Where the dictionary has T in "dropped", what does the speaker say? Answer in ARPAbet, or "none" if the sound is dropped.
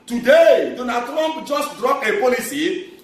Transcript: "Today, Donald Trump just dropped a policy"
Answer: none